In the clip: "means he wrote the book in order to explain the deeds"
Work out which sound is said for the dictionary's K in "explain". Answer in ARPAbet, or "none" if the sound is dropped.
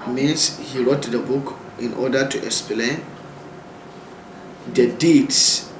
K